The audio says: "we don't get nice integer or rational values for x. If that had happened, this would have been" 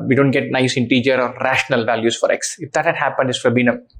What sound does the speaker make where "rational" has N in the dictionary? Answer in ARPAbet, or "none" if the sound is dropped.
N